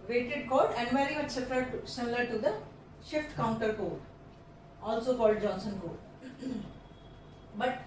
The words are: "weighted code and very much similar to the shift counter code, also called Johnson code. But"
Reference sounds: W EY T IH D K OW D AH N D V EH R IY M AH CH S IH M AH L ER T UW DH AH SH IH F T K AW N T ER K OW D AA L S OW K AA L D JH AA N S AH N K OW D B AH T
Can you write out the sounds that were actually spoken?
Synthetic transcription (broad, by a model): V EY T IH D K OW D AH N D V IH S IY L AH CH S IH M AH L ER T UW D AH SH IH F T K AW N T ER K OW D AA L S OW K AA L D JH AA N S AH N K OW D B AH T